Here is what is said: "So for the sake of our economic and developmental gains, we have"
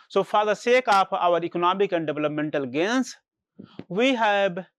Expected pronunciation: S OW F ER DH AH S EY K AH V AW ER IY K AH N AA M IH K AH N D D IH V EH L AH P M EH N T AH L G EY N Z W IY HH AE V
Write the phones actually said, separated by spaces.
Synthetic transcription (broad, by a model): S OW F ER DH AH S EY K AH P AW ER IY K AH N AA M IH K AH N D D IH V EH L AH P M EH N T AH L G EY N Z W IY HH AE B